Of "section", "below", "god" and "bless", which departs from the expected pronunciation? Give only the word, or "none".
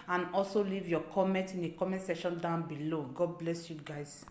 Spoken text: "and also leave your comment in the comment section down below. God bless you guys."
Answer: section